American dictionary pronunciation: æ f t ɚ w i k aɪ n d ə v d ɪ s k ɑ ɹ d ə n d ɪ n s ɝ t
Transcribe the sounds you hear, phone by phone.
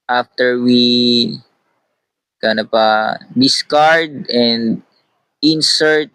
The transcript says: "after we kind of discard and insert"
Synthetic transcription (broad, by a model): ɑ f t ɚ w i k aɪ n ə p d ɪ s k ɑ ɹ d ə n d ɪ n s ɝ t